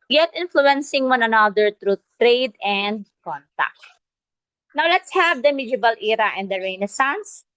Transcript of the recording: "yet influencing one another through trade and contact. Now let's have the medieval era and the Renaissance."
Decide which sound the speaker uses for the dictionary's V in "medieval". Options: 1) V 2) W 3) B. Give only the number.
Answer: 3